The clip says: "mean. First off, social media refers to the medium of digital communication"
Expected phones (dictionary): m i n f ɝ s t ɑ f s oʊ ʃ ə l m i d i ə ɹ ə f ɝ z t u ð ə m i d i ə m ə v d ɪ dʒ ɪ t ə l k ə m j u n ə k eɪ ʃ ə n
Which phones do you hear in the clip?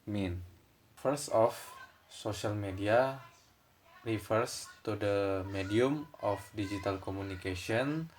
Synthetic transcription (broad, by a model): m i n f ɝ s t ɑ f s oʊ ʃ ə l m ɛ d i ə ɹ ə f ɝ s t u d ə m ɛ d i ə m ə f d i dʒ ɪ t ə l k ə m u n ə k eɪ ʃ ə n